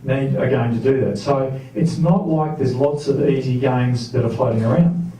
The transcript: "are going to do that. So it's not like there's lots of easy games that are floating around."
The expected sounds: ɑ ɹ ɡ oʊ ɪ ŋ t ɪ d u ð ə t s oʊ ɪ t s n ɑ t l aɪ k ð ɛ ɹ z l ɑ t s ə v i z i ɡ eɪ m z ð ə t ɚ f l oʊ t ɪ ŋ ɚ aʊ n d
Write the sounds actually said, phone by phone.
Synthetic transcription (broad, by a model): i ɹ ɡ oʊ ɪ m t ɪ d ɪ ð ə t s oʊ ɪ t s n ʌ t l aɪ k ð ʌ ɹ z l ɑ t s ə v i z i ɡ eɪ m z ð ə t ɚ f l oʊ t ɪ ŋ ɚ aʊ n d